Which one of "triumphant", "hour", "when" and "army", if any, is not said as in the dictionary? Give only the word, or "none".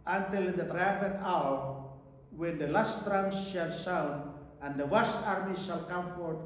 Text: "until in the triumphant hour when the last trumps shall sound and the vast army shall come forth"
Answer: triumphant